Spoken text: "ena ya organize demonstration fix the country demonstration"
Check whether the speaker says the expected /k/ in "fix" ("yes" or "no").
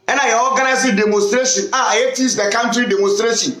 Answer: no